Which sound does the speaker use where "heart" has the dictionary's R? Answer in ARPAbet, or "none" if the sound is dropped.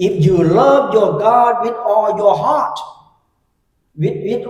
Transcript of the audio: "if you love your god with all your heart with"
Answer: W